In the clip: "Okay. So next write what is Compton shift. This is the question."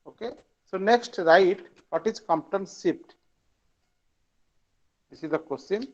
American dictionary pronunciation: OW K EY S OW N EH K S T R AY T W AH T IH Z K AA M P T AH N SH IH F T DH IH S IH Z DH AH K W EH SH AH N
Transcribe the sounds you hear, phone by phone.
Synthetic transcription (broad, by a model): OW K EY S OW N EH K S T R AY T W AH T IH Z K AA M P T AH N S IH P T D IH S IH Z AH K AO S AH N